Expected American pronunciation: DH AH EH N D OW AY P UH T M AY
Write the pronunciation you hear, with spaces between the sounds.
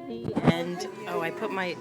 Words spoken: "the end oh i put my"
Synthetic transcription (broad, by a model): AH N OW AY P UH T M AY